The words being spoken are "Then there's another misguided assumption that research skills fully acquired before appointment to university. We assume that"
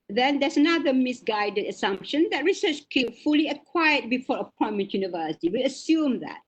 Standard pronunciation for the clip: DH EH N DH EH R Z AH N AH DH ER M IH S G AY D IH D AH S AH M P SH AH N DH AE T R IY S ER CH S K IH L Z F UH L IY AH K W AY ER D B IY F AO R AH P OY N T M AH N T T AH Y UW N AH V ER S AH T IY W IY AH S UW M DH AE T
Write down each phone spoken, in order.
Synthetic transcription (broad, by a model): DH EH N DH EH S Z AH N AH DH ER M IH S G AY D IH D AH S AH M P SH AH N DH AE T R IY S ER CH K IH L F UH L IY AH K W AY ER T B IY F AO R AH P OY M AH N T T Y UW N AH V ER S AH T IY W IY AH S UW M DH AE T